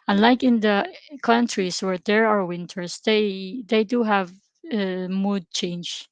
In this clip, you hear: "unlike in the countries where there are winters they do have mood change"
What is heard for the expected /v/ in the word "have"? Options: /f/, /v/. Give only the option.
/v/